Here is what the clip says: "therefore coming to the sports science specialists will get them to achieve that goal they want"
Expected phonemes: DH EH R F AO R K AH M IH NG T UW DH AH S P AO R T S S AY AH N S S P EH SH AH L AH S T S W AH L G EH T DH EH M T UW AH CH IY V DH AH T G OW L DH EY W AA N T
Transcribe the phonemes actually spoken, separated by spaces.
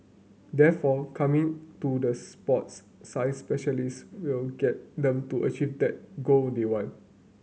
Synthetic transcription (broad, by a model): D EH F AO K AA M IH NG T UW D AH S P AO T S S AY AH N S S P EH SH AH L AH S S W AH L G EH T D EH M T UW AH CH IY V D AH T G OW L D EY W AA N